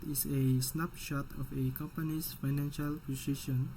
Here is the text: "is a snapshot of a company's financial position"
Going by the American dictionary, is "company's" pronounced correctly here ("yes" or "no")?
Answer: no